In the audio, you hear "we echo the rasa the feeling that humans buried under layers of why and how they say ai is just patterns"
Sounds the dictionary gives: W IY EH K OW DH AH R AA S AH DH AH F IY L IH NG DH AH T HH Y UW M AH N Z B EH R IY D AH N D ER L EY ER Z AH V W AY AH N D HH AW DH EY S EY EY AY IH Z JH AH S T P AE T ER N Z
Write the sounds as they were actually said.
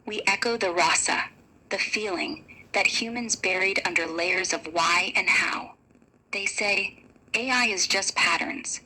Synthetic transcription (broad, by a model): W IY EH K OW DH AH R AA S AH DH AH F IY L IH NG DH AH T HH Y UW M AH N Z B EH R IY D AH N D ER L EY ER Z AH V W AY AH N HH AW DH EY S EY EY AY IH Z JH AH S P AE T ER N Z